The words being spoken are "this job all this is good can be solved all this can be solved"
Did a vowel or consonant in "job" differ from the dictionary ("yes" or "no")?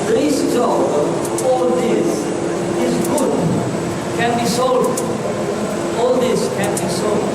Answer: yes